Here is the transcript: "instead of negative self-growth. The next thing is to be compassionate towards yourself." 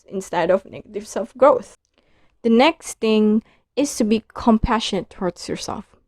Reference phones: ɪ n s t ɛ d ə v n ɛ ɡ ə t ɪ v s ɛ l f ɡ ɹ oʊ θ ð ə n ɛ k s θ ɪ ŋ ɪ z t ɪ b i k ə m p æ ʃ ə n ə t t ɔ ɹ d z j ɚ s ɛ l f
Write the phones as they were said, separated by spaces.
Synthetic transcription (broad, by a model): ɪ n s t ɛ d ə v n ɛ ɡ ə t ɪ v s ɛ l f ɡ ɹ oʊ θ ð ə n ɛ k s θ ɪ ŋ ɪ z t ɪ b i k ə m p æ ʃ ə n ə t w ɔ ɹ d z j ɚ s ɛ l f